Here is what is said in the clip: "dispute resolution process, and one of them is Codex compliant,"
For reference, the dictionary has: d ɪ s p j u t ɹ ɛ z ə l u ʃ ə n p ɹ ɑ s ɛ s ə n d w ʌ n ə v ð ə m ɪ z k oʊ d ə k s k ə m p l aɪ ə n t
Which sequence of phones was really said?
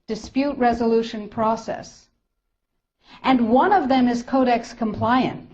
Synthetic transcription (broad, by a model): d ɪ s p j u t ɹ ɛ z ə l u ʃ ə n p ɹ ɑ s ɛ s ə n w ʌ n ə v ð ə m ɪ z k oʊ d ə k s k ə m p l aɪ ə n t